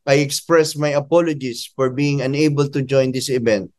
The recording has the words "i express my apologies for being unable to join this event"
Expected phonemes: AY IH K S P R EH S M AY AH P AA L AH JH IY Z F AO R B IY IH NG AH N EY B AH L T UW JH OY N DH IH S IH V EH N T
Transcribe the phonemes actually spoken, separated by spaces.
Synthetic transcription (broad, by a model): AY IH K S P R EH S M AY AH P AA L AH JH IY S F AO R B IY IH NG AH N EY B AH L T UW JH OY N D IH S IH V EH N T